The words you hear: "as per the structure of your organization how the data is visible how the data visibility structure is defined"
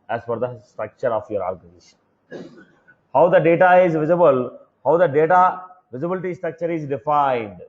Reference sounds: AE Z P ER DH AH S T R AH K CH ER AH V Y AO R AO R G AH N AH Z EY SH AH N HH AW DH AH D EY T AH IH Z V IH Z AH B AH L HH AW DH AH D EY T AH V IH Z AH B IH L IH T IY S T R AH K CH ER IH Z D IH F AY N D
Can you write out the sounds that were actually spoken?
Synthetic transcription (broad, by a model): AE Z F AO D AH S T R AH K CH ER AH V Y AO R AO R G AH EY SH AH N HH AW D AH D EY T AH IH Z V IH Z AH B AH L HH AW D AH D EY T AH V IH Z AH B IH L IH T IY S T R AH K CH ER IH Z D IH F AY N D